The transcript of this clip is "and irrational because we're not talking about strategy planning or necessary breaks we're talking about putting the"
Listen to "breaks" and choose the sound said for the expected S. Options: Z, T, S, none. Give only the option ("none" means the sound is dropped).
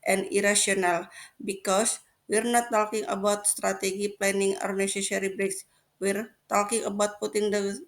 S